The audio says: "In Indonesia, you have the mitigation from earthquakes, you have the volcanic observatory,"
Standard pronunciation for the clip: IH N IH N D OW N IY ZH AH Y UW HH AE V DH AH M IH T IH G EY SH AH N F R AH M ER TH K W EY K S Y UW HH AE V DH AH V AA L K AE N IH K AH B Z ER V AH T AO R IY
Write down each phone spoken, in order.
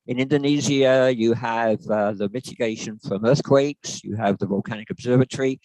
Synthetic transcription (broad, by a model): IH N IH N D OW N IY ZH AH Y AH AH V DH AH M IH T IH G EY SH AH N F R AH M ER TH K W EY K S Y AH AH V DH AH V AA L K AE N IH K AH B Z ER V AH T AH R IY